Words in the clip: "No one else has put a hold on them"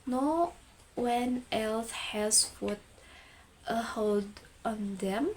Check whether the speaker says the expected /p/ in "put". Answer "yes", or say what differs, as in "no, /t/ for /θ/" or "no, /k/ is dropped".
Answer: no, /f/ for /p/